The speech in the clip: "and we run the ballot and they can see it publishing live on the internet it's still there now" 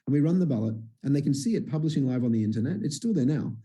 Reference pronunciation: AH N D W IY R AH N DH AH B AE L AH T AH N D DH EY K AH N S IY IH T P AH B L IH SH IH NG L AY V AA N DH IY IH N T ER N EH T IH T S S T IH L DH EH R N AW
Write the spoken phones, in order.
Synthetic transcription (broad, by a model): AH N W IY R AH N DH AH B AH L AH T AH N DH EY K N S IY IH T P AH B L IH SH IH NG L AY V N DH IY IH N T ER N EH T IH T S S T IH L DH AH R N AW